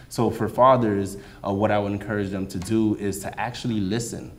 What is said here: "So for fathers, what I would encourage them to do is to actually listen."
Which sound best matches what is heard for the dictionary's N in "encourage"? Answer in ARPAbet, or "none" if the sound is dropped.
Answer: N